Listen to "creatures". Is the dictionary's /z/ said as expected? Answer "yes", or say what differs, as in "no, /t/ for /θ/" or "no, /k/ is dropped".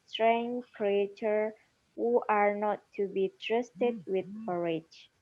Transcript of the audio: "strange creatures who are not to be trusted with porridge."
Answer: no, /z/ is dropped